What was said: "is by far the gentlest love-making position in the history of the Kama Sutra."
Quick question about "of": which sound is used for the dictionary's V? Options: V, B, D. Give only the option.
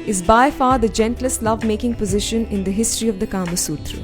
V